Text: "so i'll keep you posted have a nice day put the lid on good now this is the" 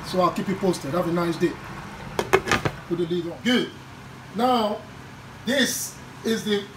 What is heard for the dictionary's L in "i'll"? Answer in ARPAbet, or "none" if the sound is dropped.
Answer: L